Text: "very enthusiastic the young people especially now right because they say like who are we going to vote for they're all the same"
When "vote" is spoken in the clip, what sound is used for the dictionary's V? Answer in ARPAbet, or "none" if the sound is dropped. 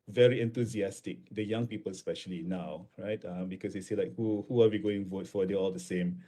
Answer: V